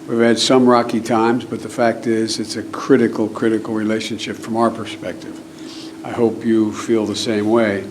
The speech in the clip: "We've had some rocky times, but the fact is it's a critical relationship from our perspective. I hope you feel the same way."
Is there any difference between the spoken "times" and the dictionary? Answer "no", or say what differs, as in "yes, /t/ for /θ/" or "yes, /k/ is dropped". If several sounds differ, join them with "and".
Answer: no